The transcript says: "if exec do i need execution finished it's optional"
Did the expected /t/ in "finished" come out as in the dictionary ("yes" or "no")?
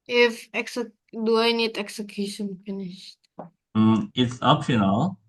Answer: yes